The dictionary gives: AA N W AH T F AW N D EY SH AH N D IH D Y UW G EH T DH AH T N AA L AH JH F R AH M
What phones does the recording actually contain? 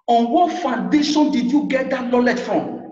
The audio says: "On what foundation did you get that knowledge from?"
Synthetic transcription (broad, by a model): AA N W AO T F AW N D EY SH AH N D IH D Y UW G EH T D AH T L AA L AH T F R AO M